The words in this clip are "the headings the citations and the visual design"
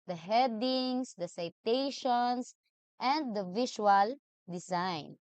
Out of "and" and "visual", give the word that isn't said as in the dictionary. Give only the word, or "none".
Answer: visual